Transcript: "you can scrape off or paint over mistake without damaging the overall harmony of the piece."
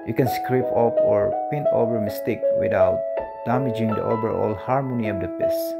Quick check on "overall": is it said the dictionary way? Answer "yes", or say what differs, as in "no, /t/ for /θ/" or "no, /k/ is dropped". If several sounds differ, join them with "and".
no, /b/ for /v/